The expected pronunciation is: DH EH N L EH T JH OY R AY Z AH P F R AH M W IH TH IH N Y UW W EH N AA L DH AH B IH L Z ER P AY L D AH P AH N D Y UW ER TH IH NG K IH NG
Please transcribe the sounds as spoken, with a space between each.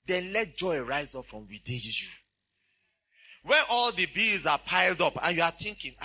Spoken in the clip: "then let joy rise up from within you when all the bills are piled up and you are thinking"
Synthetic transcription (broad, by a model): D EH N L EH T JH OY R AY Z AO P F R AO M W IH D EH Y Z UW W EH N AA L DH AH B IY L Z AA P AY L D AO P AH N Y UW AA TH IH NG K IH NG